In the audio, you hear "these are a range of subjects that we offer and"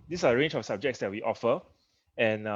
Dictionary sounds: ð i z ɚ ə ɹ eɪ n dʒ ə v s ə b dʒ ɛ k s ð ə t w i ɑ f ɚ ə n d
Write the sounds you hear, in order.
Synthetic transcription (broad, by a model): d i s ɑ ə ɹ eɪ n dʒ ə f s ə b dʒ ɛ k s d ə t w i ɑ f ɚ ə n